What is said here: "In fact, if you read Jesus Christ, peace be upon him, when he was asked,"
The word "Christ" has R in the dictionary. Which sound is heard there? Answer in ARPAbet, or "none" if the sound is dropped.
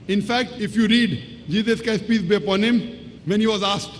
none